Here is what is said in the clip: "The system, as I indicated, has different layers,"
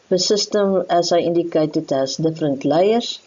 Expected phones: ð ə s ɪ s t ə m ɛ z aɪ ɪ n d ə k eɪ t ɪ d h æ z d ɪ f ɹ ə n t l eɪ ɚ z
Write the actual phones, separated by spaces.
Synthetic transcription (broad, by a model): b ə s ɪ s t ə m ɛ s aɪ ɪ n d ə k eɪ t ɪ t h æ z d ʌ f ɹ ə n t l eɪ ɚ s